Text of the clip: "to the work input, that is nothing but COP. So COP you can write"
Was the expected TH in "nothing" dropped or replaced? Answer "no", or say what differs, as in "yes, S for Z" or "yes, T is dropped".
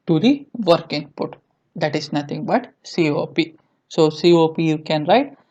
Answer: yes, T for TH